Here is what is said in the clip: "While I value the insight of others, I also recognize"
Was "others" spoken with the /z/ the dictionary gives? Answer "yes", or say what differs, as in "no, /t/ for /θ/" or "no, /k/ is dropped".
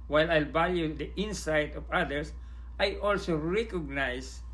no, /s/ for /z/